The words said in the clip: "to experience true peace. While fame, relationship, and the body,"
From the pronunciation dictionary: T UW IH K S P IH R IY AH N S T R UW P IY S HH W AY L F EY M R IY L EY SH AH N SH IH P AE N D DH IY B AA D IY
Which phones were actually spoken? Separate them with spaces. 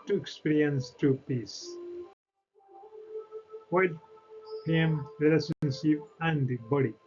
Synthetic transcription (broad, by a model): T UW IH K S P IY R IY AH N S T R UW P IY S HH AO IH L P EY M R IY L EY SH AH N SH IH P AE N D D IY B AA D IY